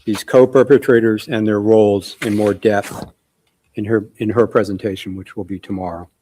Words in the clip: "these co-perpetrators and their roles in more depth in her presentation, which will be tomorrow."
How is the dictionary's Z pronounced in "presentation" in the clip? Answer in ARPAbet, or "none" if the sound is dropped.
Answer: Z